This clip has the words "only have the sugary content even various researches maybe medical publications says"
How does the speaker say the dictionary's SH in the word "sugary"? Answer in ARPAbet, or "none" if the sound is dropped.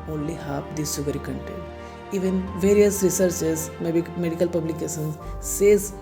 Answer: S